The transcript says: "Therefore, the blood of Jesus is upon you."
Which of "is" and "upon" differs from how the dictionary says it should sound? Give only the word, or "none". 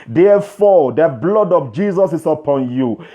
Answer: is